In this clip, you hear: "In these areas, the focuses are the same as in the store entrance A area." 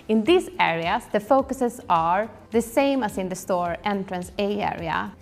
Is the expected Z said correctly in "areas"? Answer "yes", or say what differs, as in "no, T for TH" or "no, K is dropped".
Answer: no, S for Z